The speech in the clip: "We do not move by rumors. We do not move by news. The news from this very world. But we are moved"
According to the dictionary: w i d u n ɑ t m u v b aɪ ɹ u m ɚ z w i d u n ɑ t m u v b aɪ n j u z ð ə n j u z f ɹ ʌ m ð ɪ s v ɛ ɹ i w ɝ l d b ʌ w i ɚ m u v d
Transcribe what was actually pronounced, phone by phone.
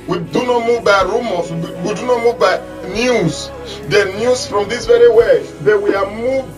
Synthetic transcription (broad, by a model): w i d u n ɑ t m u v b aɪ ɹ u m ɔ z w i d u n ɑ t m u v b aɪ n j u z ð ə n j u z f ɹ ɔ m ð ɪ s v ɛ ɹ i w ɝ d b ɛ w i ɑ m u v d